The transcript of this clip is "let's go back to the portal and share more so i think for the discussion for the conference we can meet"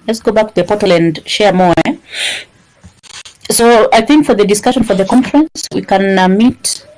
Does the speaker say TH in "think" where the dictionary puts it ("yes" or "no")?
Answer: yes